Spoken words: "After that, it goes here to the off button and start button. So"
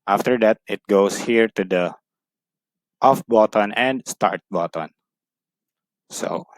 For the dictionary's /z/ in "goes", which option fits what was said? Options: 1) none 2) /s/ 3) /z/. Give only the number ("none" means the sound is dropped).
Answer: 2